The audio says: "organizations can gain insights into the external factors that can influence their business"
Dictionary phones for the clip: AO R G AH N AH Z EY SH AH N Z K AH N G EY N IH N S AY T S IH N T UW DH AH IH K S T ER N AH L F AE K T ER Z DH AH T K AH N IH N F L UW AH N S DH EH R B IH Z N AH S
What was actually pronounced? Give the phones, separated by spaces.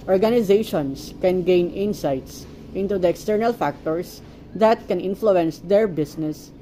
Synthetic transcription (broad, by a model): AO R G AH N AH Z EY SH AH N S K AH N G EY N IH N S AY T S IH N T UW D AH IH K S T ER N AH L F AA K T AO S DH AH T K AH N IH N F L UW AH N S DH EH R B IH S N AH S